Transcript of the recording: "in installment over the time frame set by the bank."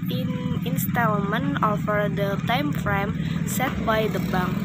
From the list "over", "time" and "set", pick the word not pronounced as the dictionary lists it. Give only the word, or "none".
over